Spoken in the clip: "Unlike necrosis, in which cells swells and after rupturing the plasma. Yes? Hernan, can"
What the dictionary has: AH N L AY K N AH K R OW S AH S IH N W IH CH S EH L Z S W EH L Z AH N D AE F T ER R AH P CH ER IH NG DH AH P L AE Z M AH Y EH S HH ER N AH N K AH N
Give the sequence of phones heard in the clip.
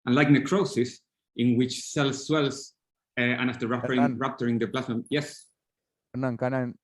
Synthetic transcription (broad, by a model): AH N L AY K N AH K R OW S AH S IH N W IH CH S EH L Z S W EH L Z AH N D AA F T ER R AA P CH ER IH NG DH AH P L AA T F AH Y EH S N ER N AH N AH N